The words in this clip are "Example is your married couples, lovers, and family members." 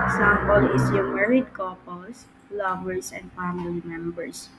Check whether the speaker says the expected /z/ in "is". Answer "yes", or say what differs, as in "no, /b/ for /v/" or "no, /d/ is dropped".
no, /s/ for /z/